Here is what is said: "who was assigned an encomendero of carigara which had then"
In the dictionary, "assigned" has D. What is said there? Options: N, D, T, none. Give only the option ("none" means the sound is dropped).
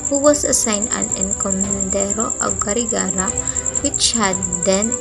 none